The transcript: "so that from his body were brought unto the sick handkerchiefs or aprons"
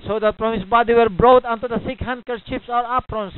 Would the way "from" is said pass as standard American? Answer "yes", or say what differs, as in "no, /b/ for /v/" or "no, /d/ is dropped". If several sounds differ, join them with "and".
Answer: no, /p/ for /f/